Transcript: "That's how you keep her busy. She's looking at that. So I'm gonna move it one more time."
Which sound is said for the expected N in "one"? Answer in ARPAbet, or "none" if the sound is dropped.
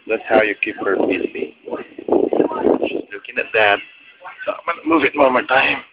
L